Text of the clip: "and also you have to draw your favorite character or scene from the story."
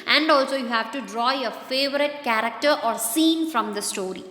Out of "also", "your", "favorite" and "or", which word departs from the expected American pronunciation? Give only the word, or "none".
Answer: none